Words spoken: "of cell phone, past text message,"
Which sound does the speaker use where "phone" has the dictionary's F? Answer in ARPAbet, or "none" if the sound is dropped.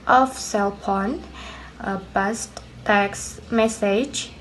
P